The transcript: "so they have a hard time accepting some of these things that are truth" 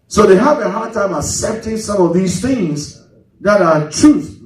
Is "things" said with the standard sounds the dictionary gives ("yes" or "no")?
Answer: yes